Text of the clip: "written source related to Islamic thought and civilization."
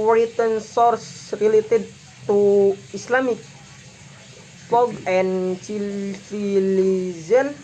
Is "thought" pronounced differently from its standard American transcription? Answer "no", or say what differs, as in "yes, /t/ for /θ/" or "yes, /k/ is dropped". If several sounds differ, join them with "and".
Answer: yes, /f/ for /θ/